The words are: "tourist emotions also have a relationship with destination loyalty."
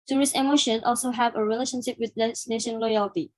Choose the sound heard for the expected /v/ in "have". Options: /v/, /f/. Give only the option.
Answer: /v/